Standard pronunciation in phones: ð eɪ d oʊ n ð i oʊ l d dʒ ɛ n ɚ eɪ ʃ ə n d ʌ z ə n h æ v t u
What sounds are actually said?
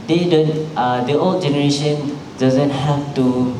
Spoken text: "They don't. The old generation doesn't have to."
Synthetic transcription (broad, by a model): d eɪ d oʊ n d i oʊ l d dʒ ɛ n ɚ eɪ ʃ ə n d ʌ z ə n h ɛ f t u